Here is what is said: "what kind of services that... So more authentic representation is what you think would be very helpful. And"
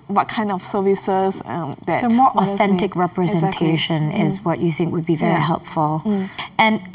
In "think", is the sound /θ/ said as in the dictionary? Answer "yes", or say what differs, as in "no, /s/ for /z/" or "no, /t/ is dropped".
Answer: yes